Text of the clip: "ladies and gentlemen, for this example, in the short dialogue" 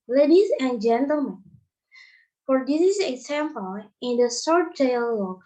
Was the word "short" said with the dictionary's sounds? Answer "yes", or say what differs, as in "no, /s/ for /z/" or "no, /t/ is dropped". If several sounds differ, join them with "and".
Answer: no, /s/ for /ʃ/